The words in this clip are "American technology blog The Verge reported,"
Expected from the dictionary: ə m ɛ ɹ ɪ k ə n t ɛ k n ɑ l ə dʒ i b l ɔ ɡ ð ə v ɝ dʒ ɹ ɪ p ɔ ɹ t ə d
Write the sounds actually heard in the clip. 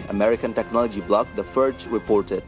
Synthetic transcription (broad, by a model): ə m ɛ ɹ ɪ k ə n t ɛ k n ɑ l ə dʒ i b l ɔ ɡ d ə f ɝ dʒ ɹ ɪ p ɔ ɹ t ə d